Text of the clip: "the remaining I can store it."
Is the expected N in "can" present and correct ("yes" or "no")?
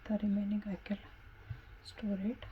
no